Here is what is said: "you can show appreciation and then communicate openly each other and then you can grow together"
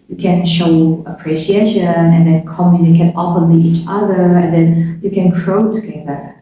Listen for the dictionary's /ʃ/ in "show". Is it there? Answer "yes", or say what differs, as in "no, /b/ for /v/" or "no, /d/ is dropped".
yes